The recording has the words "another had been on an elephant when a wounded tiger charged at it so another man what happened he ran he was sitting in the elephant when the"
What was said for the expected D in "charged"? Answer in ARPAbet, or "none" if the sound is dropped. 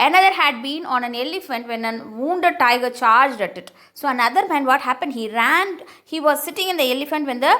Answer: D